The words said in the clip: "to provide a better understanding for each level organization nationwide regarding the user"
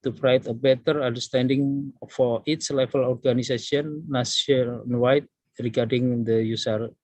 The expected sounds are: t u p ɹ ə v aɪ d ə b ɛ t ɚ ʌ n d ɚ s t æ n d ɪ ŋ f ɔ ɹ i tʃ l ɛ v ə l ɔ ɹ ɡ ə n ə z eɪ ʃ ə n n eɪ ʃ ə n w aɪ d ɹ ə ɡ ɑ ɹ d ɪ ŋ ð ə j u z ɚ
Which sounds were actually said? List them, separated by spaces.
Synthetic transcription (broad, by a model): t u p ɹ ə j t ə b ɛ t ɚ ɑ n d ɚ s t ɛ n d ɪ ŋ f ɔ ɹ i s l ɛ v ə l ɔ ɹ ɡ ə n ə s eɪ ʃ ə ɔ n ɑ s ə n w aɪ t ɹ ə ɡ ɑ ɹ d ɪ ŋ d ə j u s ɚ